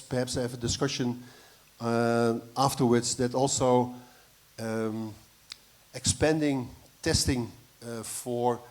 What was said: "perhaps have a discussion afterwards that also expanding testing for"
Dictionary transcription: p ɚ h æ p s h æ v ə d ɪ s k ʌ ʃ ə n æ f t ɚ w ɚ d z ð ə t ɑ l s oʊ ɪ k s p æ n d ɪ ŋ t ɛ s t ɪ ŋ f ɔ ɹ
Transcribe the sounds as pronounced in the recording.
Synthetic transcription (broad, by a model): p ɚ h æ p s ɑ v ə d ɪ s k ʌ ʃ ə n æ f t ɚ w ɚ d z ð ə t ɑ l s oʊ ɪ k s p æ n d ɪ ŋ t ɛ s t ɪ ŋ f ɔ ɹ